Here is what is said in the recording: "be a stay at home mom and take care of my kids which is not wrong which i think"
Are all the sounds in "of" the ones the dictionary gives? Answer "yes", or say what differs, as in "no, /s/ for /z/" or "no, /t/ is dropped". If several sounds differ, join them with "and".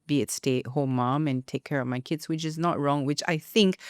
yes